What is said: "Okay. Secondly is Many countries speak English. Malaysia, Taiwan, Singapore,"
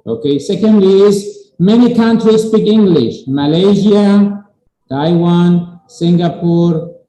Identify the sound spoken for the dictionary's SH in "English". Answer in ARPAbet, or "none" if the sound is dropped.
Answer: SH